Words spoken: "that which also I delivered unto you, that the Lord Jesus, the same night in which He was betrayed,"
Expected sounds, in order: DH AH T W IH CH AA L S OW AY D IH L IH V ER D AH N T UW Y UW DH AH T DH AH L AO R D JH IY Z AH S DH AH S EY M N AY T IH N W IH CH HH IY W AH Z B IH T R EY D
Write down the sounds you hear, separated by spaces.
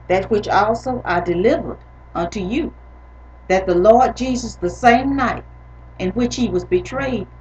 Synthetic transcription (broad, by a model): DH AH T W IH CH AA L S OW AY D IH L IH V ER D AH N T UW Y UW DH AH T DH AH L AO R D JH IY Z AH S DH AH S EY M N AY T IH N W IH CH HH IY W AH Z B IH T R EY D